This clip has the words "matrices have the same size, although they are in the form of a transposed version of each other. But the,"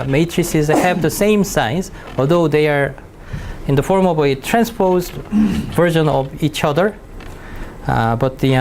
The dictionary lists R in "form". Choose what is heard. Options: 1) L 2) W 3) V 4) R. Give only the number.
4